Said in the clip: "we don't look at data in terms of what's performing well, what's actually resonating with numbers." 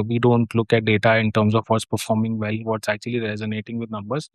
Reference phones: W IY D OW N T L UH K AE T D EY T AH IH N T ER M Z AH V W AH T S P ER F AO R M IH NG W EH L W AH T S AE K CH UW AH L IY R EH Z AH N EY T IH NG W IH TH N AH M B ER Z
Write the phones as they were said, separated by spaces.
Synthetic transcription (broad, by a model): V IY D OW N T L UH K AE T D EY T AH IH N T ER M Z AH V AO T S P ER F AO R M IH NG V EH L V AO T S AE K CH UW AH L IY R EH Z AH N EY T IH NG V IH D N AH M B ER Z